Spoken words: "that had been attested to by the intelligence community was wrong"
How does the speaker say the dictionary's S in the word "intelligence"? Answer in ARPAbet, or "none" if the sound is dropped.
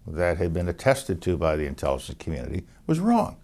none